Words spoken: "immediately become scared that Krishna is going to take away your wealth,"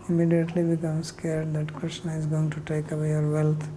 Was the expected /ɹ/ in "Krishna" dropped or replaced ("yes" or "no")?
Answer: yes